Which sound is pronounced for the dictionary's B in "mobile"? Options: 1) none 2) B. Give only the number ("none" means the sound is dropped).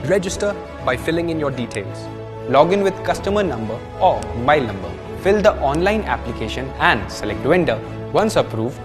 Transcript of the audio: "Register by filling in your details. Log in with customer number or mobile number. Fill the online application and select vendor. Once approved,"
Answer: 1